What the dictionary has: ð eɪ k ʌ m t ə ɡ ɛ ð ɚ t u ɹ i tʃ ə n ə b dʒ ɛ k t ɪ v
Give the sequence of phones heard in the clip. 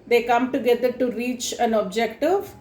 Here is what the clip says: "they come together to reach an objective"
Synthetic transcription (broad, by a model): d eɪ k ʌ m t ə ɡ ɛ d ɚ t u ɹ i tʃ ə n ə b dʒ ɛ k t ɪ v